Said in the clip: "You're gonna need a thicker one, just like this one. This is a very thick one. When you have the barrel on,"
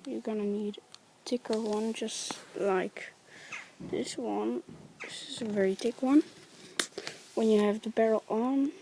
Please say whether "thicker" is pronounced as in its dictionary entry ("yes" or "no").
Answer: no